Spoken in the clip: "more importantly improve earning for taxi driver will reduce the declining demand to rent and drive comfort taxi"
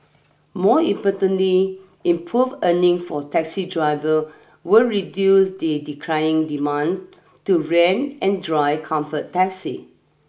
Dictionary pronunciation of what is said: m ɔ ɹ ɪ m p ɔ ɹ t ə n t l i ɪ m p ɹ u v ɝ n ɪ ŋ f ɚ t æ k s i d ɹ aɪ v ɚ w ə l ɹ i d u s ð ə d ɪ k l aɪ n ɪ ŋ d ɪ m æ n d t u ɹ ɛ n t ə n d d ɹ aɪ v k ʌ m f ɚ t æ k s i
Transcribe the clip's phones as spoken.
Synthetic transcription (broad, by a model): m ɔ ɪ m p ɔ t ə n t l i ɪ m p ɹ u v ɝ n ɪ ŋ f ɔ t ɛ k s i d ɹ aɪ v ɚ w ə l ɹ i d u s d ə d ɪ k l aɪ ɪ ŋ d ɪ m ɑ n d t u ɹ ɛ n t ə n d d ɹ aɪ k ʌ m f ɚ t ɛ k s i